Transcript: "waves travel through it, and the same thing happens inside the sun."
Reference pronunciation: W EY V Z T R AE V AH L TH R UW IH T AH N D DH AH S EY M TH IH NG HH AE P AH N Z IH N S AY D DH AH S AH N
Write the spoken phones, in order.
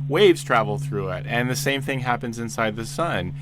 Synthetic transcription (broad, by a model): W EY V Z T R AE V L TH R UW IH T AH N DH AH S EY M TH IH NG HH AE P AH N Z IH N S AY D DH AH S AH N